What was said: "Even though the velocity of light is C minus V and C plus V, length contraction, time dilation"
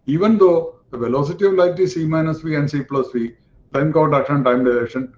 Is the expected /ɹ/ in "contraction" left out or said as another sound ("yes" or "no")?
yes